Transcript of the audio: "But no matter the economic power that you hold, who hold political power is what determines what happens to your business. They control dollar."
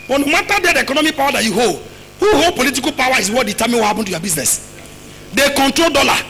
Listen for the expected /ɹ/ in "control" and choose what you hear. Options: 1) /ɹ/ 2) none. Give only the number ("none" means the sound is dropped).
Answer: 1